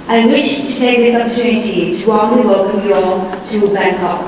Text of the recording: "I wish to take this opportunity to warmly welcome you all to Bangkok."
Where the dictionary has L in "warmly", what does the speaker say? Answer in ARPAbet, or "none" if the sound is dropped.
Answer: none